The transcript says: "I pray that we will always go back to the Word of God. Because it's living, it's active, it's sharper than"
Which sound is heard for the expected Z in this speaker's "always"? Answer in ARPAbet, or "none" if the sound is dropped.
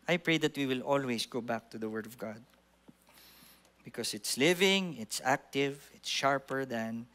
S